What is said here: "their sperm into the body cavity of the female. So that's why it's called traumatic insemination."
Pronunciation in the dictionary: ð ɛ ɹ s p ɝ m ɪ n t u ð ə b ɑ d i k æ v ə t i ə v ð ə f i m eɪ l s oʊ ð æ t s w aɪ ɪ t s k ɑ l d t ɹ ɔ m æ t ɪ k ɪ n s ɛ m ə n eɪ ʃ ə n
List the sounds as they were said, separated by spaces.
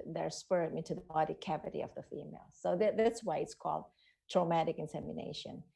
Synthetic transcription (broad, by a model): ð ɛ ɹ s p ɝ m ɪ n t u ð ə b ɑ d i k æ v ə t i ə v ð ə f i m eɪ l s oʊ ð æ t s w aɪ ɪ t s k ɑ l d t ɹ ɔ m æ t ɪ k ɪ n s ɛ m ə n eɪ ʃ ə n